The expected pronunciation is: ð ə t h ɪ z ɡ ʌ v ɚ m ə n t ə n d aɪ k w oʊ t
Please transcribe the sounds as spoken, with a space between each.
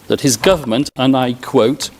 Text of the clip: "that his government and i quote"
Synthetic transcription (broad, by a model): ð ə t h ɪ z ɡ ʌ v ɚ m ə n t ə n aɪ k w oʊ t